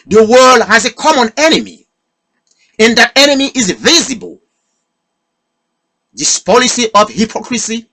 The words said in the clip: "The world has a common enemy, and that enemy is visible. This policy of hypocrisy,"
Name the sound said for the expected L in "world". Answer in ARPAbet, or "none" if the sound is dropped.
L